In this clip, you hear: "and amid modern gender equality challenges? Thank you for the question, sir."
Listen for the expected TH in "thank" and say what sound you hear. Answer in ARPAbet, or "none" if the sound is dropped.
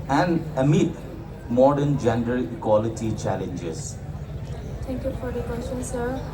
T